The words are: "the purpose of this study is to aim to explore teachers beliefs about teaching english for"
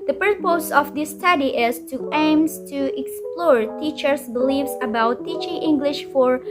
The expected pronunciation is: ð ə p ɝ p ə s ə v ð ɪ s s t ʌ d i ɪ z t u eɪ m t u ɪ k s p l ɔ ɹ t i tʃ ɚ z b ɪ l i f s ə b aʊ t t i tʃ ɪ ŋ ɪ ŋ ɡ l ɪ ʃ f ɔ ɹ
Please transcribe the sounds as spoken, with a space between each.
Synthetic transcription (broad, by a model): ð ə p ɝ p ə s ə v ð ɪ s s t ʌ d i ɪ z t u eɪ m t u ɪ k s p l ɔ ɹ t i tʃ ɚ s b ɪ l i f s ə b aʊ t t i tʃ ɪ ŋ ɪ ŋ ɡ l ɪ ʃ f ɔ ɹ